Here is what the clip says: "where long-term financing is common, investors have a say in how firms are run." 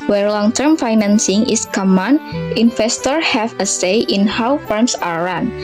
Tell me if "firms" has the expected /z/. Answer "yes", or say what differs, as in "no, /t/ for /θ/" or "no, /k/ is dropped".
no, /s/ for /z/